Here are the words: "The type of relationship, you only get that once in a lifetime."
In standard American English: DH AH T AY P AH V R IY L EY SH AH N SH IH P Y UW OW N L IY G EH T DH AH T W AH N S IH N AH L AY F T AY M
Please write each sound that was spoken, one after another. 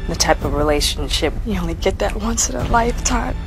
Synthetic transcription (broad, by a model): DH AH T AY P AH V R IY L EY SH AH N SH IH P Y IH OW N L IY G EH T DH AH T W AH N S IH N AH L AY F T AY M